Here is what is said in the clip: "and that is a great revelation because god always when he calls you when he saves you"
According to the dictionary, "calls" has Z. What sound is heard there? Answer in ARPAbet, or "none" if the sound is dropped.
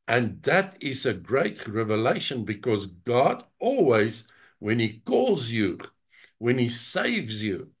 Z